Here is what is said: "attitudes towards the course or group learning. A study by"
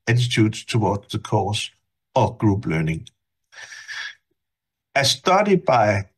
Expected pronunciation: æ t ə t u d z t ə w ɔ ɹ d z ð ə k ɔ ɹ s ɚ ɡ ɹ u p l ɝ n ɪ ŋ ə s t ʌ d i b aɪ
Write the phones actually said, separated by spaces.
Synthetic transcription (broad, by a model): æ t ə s u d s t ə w ɔ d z ð ə k ɔ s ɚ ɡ ɹ u b l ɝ n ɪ ŋ ə s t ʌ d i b aɪ